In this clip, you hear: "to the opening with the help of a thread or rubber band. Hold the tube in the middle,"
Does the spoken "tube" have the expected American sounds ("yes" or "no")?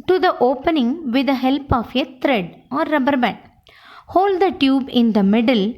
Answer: yes